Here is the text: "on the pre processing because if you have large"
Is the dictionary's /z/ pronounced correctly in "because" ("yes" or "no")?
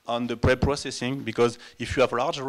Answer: yes